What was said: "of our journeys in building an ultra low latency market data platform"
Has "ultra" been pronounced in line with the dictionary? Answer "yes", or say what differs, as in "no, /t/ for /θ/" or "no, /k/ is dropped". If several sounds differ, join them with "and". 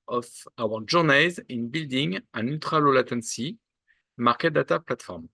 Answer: no, /l/ is dropped